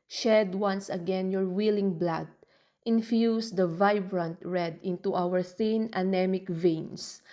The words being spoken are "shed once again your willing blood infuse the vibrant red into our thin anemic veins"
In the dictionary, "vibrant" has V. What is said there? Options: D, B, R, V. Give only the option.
V